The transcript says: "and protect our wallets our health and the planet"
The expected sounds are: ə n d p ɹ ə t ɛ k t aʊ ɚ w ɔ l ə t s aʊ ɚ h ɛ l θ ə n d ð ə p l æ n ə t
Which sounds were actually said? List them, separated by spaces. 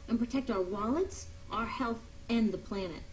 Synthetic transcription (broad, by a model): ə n p ɹ ə t ɛ k t aʊ ɚ w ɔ l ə t s aʊ ɚ h ɛ l θ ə n ð ə p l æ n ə t